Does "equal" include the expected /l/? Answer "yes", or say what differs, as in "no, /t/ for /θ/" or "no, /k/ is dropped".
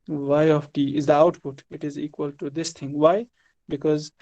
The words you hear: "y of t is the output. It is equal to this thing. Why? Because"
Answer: yes